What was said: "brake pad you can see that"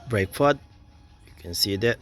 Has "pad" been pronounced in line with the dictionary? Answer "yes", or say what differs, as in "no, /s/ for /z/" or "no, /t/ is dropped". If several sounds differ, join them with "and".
no, /f/ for /p/